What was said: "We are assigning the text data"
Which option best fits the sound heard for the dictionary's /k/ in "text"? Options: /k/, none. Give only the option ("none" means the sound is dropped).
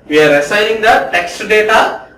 /k/